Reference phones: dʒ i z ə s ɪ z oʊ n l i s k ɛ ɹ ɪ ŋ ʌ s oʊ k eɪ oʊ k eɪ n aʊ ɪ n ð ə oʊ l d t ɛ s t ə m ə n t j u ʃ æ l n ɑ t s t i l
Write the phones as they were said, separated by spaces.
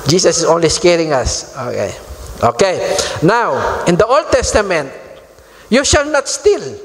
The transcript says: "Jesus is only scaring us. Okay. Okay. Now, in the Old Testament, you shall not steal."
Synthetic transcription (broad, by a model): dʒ i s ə s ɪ s oʊ n l i s k ɛ ɹ ɪ ŋ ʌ s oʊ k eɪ oʊ k eɪ n aʊ ɪ n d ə oʊ l d t ɛ s t ə m ə n t j u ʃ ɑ l n ɑ t s t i l